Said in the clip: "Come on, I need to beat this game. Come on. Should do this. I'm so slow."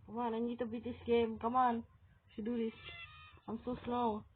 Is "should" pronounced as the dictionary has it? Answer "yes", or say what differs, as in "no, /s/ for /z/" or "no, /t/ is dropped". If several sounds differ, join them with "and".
no, /s/ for /ʃ/